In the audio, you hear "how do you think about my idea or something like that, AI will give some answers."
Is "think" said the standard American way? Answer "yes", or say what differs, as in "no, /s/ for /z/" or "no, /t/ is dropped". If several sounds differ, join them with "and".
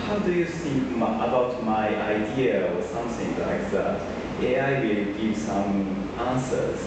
no, /s/ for /θ/